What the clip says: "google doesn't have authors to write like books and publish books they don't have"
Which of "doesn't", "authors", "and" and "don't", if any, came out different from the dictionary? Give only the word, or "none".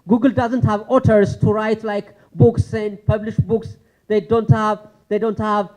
authors